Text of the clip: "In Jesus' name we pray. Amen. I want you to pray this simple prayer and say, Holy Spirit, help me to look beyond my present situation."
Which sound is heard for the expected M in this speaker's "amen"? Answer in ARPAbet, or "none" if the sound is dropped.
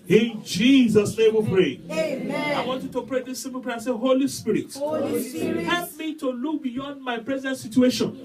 none